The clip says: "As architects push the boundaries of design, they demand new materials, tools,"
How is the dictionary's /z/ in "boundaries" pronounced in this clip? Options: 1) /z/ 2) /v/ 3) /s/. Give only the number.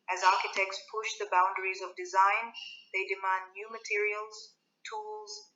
1